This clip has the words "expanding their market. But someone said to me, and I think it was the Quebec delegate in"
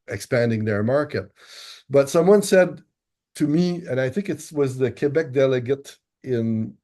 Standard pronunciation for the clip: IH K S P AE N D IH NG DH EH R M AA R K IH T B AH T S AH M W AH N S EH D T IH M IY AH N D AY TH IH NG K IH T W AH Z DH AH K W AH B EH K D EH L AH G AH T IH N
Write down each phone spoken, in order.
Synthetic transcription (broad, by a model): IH K S P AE N D IH NG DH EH R M AA R K IH T B AH T S AH M W AH N S EH D T IH M IY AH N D AY TH IH NG K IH T W AH Z DH AH K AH B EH K D EH L AH G AH T IH N